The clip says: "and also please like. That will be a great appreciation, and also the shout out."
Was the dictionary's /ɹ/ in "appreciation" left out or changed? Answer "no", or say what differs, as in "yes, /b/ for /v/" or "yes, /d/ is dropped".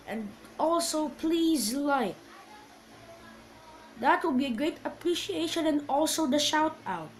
no